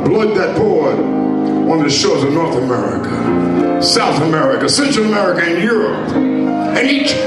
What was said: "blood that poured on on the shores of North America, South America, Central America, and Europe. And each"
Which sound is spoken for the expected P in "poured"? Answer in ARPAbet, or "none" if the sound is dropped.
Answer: B